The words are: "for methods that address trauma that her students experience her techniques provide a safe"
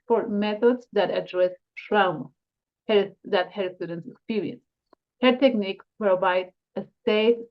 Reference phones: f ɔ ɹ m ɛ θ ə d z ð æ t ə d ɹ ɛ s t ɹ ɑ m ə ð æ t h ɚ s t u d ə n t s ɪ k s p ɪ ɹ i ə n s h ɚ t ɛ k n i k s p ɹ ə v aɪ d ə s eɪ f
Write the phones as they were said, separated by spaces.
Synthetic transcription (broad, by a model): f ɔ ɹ m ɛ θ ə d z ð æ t ə d ɹ ɛ s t ɹ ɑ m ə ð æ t h ɚ s t u d ə n t s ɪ k s p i ɹ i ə n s h ɚ t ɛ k n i k p ɹ ə v aɪ d ə s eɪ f